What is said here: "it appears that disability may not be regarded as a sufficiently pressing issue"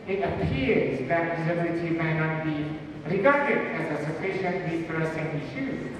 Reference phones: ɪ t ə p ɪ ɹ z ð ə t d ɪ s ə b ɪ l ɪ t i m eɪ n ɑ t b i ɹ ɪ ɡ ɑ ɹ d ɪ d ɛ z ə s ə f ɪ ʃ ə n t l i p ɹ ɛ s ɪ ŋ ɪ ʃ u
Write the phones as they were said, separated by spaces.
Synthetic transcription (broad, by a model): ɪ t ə p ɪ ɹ z ð ə t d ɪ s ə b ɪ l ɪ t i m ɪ n ɑ t b i ɹ ɪ ɡ ɑ ɹ d ɪ d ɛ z ə s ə f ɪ ʃ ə n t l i f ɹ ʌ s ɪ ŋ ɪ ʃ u